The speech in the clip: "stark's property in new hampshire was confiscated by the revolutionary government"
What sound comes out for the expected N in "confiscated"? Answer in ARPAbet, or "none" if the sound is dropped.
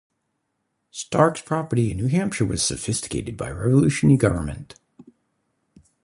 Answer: none